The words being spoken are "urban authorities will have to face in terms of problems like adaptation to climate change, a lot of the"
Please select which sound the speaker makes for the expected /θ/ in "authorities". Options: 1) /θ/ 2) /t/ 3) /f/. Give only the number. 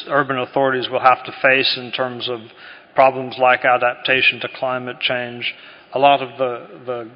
1